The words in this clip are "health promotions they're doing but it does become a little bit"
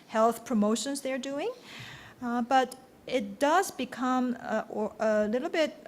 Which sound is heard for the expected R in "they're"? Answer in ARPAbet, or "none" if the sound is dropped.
R